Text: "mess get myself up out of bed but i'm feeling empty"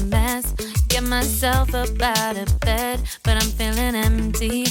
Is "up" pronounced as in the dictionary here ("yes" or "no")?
no